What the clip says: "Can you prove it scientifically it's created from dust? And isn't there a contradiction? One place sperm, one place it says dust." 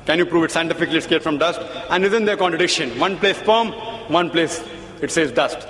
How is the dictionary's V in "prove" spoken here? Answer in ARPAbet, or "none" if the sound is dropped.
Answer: V